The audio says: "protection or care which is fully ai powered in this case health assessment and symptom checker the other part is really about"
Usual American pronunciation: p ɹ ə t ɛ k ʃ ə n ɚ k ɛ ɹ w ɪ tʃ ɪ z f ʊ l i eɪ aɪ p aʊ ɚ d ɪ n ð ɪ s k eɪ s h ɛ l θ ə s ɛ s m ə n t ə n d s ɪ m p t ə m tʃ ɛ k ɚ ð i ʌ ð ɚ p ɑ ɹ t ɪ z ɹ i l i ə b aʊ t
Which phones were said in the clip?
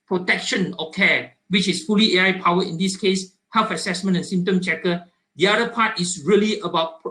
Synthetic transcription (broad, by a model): p ɹ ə t ɛ k ʃ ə n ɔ k ɛ w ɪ tʃ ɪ s f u l i eɪ aɪ p aʊ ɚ ɪ n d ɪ s k eɪ s h ɛ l f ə s ɛ s m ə n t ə n s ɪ m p t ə m tʃ ɛ k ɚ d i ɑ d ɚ p ɑ t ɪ s ɹ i l i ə b aʊ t